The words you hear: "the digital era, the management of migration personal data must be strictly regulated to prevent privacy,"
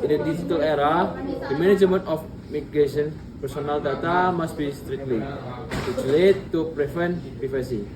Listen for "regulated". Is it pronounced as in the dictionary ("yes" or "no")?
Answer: no